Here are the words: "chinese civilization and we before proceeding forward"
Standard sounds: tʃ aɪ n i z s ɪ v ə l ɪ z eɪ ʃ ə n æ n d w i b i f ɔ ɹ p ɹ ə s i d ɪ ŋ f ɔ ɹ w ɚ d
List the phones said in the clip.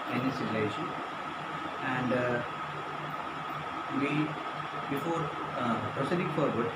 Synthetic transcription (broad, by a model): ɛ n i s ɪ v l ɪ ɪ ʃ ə æ n d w i b i f ɔ ɹ p ɹ ə s i d ɪ ŋ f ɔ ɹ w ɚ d